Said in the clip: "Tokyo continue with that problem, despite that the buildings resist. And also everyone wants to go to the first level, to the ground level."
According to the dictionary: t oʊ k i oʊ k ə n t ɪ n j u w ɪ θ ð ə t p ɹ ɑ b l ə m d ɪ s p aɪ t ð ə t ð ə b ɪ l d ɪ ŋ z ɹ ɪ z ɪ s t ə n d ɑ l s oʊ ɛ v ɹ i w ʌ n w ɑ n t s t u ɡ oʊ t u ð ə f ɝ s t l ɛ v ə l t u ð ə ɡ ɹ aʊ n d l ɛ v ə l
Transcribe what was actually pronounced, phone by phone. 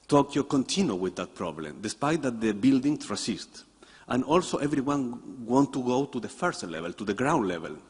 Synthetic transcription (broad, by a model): t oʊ k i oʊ k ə n t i n j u w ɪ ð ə t p ɹ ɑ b l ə m d ɪ s p aɪ t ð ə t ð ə b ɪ l d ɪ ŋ ɹ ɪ s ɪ s t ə n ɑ l s oʊ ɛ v ɹ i w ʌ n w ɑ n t t u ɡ oʊ t u ð ə f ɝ s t l ɛ v ə l t u ð ə ɡ ɹ aʊ n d l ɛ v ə l